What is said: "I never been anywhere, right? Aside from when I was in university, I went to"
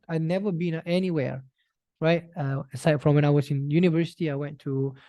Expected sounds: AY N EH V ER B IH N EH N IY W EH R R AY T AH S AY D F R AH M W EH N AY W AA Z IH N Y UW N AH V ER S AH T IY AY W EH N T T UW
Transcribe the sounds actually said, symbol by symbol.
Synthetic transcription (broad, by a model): AY N EH V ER B IH N EH N IY W EH R R AY T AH S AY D F R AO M W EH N AY W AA S IH N Y UW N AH V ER S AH T IY AY W EH N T T UW